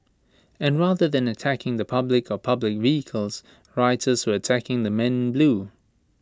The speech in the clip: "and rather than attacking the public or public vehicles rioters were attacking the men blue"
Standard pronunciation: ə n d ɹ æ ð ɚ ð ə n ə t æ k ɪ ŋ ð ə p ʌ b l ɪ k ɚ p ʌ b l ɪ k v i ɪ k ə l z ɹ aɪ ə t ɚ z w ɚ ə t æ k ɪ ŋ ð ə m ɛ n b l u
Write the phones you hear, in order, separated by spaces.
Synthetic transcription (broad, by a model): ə n ɹ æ ð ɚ ð ə n ə t æ k ɪ ŋ ð ə p ʌ b l ɪ k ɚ p ʌ b l ɪ k v i ɪ k ə l z ɹ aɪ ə t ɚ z w ɚ ə t æ k ɪ ŋ ð ə m ɛ n b l u